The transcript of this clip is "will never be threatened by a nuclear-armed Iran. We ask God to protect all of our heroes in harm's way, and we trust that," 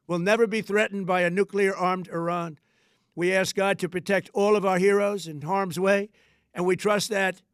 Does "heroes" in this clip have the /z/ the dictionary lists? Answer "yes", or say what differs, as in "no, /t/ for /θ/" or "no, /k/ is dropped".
yes